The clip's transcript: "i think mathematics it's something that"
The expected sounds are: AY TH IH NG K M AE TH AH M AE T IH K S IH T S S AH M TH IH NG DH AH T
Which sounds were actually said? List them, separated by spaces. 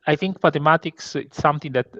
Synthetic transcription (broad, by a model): AY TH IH NG K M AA T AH M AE T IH K S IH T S S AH M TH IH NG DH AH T